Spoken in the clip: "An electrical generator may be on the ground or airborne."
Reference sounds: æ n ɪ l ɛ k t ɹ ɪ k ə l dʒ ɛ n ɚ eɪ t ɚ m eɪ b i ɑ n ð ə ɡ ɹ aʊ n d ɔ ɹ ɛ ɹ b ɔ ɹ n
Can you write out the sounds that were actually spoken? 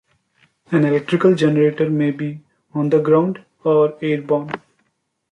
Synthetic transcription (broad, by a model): æ n ɪ l ɛ k t ɹ ɪ k ə l dʒ ɛ n ɚ eɪ t ɚ m eɪ b i ɑ n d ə ɡ ɹ aʊ n d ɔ ɹ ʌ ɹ b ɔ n